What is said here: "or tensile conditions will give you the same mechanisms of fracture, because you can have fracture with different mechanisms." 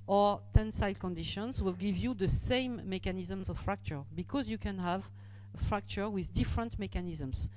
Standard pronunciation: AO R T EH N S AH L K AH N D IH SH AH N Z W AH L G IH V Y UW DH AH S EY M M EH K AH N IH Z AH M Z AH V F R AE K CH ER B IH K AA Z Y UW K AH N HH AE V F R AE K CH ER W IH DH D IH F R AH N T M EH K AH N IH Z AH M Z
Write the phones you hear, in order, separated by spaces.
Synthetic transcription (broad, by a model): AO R T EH N S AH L K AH N D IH SH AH N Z W AH L G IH V Y UW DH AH S EY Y M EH K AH N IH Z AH M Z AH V F R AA K CH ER B IH K AA Z Y UW K AH N HH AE V F R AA K CH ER W IH DH D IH F R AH N T M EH K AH N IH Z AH M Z